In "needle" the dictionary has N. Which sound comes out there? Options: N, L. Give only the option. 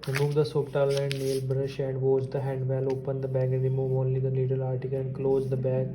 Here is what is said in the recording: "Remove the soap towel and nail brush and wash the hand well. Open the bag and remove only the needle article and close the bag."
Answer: L